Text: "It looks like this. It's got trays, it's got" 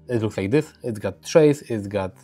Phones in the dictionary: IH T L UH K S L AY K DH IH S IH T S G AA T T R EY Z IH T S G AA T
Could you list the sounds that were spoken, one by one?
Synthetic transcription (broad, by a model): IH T L UH K S L AY K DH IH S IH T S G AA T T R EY S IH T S G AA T